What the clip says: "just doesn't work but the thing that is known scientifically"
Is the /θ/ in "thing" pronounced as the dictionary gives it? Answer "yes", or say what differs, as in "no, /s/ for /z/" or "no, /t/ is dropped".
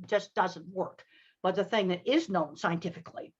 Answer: yes